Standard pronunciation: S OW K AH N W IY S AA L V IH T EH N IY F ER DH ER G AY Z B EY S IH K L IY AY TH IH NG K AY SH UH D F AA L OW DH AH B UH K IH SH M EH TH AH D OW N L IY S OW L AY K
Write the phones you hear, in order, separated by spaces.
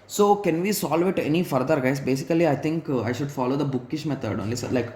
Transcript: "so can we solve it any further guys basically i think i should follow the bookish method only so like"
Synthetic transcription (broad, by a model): S OW K AH N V IY S AA L V IH T EH N IY F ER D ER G AY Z B EY S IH K L IY AY T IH NG K AY SH UH D F AA L OW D AH B UH K IH SH M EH T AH D OW N L IY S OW L AY K